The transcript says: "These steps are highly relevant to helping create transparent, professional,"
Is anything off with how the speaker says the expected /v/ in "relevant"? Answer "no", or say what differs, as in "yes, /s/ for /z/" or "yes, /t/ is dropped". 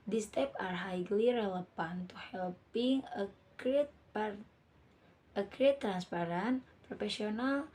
yes, /p/ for /v/